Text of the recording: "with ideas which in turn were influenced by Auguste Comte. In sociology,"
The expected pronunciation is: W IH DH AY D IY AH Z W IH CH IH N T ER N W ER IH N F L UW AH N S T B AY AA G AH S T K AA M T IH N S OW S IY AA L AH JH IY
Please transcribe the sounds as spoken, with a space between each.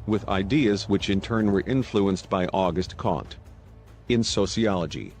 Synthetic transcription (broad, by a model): W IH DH AY D IY AH Z W IH CH IH N T ER N W ER IH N F L UW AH N S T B AY AA G AH S T K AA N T IH N S OW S IY AA L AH JH IY